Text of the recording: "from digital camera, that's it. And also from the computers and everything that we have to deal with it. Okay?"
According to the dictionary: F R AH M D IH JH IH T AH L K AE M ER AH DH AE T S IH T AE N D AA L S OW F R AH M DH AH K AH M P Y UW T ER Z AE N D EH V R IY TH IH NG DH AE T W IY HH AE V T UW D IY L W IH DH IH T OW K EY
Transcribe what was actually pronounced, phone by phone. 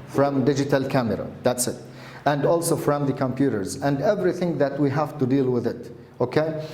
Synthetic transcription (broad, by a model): F R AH M D IH JH IH T AH L K AE M ER AH DH AE T S IH T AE N D AA L S OW F R AH M DH AH K AH M P Y UW T ER Z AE N D EH V R IY TH IH NG DH AE T W IY HH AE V T UW D IY L W IH DH IH T OW K EY